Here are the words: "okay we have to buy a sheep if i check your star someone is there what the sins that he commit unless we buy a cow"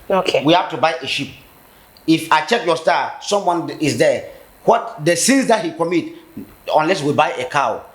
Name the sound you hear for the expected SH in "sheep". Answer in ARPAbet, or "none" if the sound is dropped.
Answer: SH